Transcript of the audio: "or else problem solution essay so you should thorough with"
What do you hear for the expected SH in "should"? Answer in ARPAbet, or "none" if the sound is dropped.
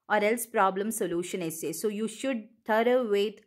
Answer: SH